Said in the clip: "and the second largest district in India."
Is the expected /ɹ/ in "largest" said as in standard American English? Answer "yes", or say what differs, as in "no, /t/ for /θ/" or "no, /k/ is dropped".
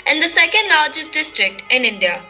no, /l/ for /ɹ/